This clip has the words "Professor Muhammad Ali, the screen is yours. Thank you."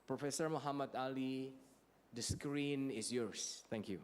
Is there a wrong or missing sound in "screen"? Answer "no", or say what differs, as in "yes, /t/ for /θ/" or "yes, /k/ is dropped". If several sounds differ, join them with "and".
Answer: no